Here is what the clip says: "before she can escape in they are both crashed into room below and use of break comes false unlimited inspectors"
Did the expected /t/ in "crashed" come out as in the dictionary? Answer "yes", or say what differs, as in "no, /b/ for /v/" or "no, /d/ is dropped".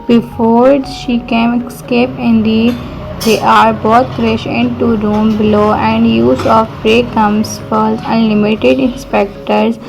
no, /t/ is dropped